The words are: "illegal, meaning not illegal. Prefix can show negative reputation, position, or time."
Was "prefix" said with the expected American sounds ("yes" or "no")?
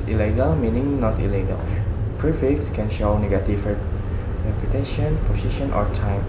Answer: yes